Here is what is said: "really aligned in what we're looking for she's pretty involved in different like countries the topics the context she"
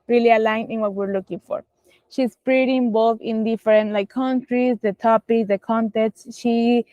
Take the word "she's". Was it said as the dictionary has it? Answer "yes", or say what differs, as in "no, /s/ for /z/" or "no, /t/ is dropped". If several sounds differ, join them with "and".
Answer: no, /s/ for /z/